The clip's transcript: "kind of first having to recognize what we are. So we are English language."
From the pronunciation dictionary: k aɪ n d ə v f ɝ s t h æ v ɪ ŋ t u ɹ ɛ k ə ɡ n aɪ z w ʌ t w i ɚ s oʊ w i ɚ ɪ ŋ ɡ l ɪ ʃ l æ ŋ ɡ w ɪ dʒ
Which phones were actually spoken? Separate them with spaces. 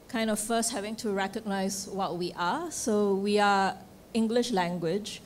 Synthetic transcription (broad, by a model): k aɪ n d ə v f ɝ s t h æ v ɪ ŋ t u ɹ ɛ k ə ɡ n aɪ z w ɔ t w i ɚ s oʊ w i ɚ ɪ ŋ ɡ l ɪ ʃ l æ ŋ ɡ w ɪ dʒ